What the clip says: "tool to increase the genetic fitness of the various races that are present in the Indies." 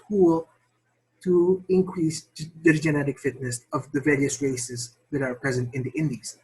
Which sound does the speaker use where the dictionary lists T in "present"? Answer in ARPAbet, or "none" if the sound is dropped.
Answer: T